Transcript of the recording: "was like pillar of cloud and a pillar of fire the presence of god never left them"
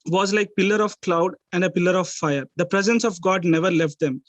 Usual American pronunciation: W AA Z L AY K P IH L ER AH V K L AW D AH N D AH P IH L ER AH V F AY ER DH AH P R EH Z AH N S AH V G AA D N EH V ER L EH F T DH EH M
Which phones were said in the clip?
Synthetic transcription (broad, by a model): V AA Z L AY K P IH L ER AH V K L AW D AH N D AH P IH L ER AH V F AY ER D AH P R EH Z AH N S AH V G AA D N EH V ER L EH F T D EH M